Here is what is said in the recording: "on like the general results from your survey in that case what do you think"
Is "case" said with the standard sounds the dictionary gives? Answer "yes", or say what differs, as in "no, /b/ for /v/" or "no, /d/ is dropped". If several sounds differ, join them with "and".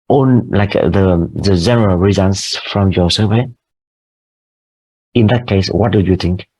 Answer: yes